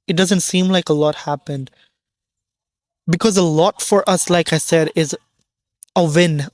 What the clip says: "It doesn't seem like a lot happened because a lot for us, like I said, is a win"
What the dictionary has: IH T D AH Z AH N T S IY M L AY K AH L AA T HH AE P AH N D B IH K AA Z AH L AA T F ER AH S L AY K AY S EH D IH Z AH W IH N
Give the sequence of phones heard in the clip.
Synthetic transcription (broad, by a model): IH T D AH Z AH N T S IY M L AY K AH L AA T HH AE P AH N D B IH K AA Z AH L AA T F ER AH S L AY K AY S EH D IH Z AH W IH N